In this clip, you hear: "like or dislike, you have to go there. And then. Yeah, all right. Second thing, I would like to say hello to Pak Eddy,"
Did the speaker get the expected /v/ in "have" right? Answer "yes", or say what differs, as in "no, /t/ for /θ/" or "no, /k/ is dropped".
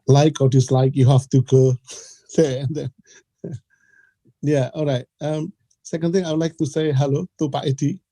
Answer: no, /f/ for /v/